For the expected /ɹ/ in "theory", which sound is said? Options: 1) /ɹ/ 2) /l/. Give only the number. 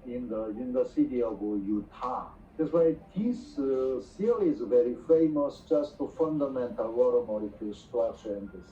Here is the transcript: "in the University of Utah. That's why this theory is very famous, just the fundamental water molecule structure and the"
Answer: 2